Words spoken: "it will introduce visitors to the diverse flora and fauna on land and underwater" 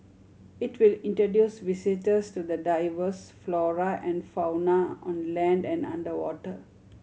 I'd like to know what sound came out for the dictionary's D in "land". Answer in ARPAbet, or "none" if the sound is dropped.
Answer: D